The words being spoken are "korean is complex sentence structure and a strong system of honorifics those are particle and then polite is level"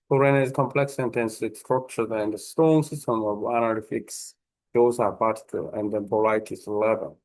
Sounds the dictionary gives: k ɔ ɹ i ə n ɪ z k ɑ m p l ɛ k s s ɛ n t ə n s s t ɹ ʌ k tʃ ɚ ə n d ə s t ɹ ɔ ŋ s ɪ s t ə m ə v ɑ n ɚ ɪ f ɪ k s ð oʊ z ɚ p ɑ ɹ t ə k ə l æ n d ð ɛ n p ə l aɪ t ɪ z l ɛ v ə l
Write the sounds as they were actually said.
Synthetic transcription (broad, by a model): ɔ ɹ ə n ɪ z k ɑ m p l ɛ k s s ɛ n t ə n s s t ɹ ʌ k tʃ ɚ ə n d ə s t ɔ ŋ s ɪ s t ə m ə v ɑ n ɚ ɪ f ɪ k s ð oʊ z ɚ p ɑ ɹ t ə ə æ n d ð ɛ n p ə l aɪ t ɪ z l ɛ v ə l